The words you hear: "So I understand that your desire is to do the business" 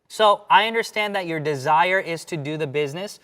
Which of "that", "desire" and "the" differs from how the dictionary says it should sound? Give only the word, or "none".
none